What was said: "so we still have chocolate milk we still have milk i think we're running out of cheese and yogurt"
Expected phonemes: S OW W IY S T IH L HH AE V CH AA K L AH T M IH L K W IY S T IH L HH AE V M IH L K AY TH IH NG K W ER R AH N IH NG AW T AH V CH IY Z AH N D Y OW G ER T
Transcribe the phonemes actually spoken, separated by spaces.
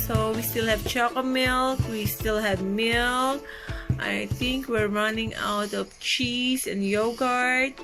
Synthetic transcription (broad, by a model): S OW W IY S T IH L HH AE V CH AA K AH M IH L K W IY S T IH L HH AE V M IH L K AY TH IH NG K W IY R AH N IH NG AW T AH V CH IY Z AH N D Y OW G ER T